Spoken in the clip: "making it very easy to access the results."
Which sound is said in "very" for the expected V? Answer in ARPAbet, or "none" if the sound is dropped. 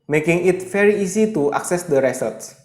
F